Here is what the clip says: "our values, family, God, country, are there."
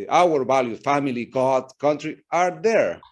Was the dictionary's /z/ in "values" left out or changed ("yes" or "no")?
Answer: yes